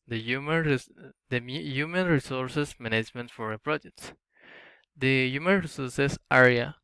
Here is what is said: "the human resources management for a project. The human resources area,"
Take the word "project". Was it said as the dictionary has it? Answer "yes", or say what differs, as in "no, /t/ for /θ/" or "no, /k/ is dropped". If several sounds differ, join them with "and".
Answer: yes